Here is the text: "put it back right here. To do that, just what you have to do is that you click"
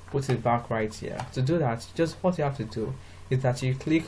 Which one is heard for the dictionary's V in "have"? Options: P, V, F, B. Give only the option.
F